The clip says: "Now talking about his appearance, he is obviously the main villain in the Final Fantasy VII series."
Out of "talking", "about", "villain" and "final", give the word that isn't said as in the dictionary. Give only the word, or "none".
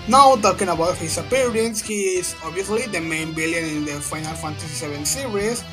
villain